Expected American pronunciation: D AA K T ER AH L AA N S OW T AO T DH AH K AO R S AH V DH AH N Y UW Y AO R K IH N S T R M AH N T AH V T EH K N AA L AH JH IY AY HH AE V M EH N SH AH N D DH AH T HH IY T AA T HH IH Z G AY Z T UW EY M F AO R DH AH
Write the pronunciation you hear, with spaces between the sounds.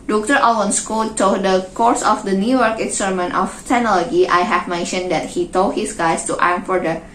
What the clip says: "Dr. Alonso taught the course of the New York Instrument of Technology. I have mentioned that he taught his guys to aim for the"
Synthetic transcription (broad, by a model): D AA K T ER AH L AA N S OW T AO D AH K AO R S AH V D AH N Y UW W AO R K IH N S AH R M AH N T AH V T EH N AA L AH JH IY AY HH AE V M EH N SH AH N D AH T HH IY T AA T HH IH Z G AY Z T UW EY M F AO R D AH